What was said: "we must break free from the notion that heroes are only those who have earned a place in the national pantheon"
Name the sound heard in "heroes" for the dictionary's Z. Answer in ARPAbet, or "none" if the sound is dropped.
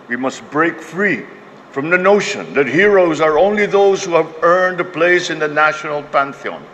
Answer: Z